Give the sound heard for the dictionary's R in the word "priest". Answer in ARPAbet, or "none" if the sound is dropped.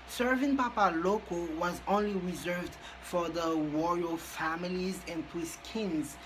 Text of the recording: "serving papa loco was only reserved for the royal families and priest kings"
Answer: none